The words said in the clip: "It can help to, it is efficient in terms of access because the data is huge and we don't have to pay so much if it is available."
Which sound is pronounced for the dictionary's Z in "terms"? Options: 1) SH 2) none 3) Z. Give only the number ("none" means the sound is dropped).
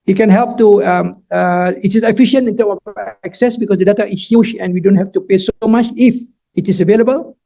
2